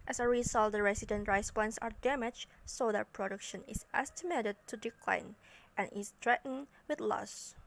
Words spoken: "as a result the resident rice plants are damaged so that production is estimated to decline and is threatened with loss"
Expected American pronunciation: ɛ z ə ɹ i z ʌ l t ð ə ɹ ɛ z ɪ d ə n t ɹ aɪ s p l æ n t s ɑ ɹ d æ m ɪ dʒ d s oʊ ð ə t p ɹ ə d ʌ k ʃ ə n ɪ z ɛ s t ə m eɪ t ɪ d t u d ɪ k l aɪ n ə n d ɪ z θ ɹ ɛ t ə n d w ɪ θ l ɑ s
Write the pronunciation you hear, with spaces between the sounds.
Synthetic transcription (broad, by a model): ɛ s ə ɹ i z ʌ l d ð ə ɹ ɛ s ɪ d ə n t ɹ aɪ s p ɔ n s ɑ ɹ d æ m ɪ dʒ s oʊ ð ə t p ɹ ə d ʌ k ʃ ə n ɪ s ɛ s t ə m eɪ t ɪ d t u d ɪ k l aɪ n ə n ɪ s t ɹ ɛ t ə n w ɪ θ l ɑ s